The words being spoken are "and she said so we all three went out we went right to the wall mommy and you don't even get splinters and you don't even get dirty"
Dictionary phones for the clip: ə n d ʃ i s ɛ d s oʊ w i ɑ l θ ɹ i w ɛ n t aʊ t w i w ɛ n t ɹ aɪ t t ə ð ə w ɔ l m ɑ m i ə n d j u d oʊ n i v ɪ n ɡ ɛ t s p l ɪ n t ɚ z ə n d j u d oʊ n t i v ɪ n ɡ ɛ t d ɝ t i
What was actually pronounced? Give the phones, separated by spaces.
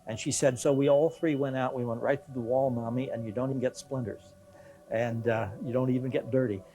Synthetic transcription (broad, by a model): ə n ʃ i s ɛ d s oʊ w i ɑ l θ ɹ i w ɛ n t aʊ t w i w ɛ n t ɹ aɪ t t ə ð ə w ɔ l m ɑ m i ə n j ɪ d oʊ n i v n ɡ ɛ t s p l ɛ n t ɚ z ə n j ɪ d oʊ n t i v ɪ n ɡ ɛ t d ɝ t i